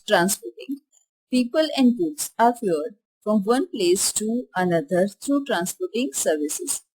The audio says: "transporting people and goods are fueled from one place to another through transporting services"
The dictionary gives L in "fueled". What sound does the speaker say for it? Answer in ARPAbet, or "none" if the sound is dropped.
none